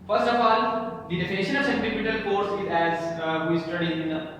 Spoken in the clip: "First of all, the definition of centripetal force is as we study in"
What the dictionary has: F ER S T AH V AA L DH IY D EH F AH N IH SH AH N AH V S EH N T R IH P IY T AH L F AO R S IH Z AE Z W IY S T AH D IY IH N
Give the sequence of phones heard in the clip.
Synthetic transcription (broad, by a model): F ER S T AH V AA L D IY D EH F AH N IH SH AH N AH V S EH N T IH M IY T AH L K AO R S IH Z AE Z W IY S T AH D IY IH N